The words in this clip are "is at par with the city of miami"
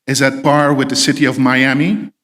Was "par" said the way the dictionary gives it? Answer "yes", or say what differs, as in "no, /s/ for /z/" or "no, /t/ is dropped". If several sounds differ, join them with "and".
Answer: no, /b/ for /p/